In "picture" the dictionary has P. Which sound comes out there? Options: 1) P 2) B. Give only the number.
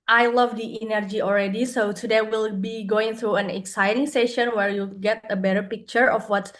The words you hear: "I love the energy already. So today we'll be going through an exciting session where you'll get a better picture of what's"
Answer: 1